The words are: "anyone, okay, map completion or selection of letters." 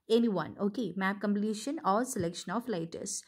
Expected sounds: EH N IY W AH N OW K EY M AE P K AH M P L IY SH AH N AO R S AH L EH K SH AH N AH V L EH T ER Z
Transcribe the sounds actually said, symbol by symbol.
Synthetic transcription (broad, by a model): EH N IY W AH N OW K EY M AE P K AH M P L IY SH AH N AO R S AH L EH K SH AH N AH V L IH T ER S